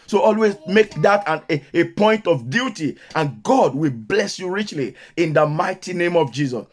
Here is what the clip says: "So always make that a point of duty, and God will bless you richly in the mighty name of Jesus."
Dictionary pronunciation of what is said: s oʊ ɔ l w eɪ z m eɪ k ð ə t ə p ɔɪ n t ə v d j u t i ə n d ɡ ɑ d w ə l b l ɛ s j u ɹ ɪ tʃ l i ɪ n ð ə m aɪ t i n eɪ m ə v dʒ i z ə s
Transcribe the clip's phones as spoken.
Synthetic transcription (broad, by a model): s oʊ ɔ l w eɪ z m eɪ k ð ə t ə p ɔɪ n t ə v d j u t i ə n ɡ ɑ d w ə l b l ɛ s j u ɹ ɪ tʃ l i ɪ n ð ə m aɪ t i n eɪ m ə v dʒ i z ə s